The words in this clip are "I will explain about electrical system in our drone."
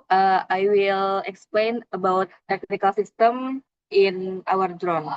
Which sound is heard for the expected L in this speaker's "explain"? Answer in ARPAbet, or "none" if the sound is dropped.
L